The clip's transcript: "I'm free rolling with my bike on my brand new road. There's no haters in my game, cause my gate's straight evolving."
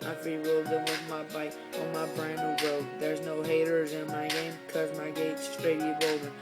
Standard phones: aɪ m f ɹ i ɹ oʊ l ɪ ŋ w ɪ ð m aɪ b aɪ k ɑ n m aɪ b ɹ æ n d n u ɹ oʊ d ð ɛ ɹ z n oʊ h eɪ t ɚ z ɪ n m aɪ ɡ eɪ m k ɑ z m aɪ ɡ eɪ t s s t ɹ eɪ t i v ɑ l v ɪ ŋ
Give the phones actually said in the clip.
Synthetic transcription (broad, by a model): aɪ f i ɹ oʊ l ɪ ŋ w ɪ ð m aɪ b aɪ k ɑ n m aɪ b ɹ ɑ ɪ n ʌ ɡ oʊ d ð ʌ ɹ z n oʊ h eɪ t ɚ z ɪ n m aɪ ɡ eɪ m k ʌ z m aɪ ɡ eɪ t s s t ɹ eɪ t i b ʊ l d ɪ